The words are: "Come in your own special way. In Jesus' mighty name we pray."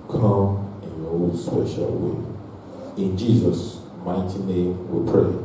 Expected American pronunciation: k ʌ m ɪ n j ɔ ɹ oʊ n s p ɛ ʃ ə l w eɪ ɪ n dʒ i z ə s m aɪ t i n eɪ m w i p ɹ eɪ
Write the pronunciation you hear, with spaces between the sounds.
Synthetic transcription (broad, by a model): k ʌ m ɪ n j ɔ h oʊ l s p ɛ ʃ ə l w eɪ ɪ n dʒ i z ə s m aɪ t i n eɪ m w i p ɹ eɪ